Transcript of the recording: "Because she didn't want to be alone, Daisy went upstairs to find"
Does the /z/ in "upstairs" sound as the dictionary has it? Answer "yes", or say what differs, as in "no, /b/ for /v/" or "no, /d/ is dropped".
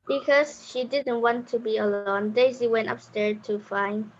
no, /z/ is dropped